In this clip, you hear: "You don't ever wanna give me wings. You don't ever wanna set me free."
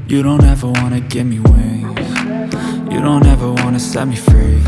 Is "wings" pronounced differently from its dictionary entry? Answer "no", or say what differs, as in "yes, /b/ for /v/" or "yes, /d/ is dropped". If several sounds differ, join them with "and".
yes, /z/ is dropped